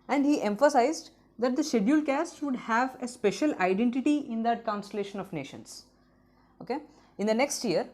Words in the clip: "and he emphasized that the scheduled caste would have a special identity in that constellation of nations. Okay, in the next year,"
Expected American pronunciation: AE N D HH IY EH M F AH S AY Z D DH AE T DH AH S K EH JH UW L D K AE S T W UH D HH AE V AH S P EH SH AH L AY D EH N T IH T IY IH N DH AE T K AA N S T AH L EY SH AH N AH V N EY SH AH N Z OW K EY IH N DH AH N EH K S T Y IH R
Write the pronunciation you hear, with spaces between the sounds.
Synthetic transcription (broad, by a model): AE N D HH IY EH M F AH S AY Z D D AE T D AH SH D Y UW L K AE S T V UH D HH AE V AH S P EH SH AH L AY D EH N T IH T IY IH N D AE T K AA N S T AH L EY SH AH N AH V N EY SH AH N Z OW K EY IH N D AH N EH K S T Y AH R